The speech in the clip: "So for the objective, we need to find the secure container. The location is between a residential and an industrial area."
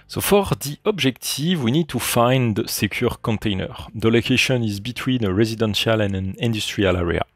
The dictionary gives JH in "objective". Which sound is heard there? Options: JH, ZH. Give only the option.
ZH